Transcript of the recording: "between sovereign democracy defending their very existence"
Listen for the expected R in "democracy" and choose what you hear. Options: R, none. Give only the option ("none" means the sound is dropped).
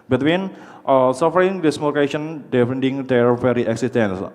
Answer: none